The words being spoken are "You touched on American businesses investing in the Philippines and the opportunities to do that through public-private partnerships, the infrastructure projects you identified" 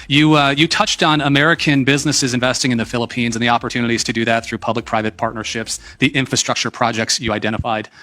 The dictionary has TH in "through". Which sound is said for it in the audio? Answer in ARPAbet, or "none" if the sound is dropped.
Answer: TH